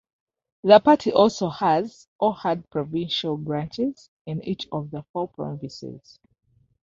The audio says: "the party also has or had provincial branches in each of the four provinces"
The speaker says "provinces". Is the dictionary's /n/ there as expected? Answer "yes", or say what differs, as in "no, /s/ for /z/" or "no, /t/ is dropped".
no, /n/ is dropped